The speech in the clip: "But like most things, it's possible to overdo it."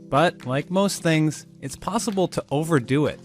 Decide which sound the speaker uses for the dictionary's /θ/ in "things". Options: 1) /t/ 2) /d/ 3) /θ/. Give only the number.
3